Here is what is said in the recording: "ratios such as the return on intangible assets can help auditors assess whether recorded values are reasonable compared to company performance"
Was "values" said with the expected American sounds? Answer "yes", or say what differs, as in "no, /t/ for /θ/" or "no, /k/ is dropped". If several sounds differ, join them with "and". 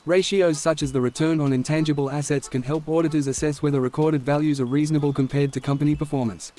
yes